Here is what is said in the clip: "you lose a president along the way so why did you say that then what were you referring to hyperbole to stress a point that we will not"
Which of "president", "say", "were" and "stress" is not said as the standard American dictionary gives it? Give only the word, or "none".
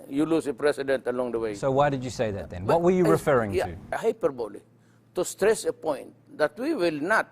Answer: president